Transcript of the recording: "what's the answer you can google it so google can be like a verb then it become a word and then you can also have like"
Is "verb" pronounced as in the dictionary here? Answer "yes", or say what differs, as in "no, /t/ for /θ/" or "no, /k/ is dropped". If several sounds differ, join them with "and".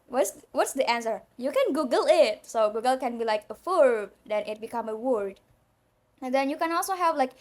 no, /f/ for /v/